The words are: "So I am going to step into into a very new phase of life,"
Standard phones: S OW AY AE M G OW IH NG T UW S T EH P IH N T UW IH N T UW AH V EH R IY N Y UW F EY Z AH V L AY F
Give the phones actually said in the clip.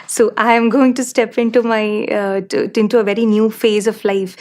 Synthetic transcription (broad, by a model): S OW AY M G OW IH NG T UW S T EH P IH N T UW IH N T UW AH V EH R IY N Y UW F EY Z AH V L AY F